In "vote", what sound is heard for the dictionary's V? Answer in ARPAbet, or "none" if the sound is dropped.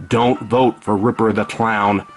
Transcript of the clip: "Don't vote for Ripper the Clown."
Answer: V